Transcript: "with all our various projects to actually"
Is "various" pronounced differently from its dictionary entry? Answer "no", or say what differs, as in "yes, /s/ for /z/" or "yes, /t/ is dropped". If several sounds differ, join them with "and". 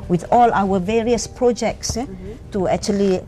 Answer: no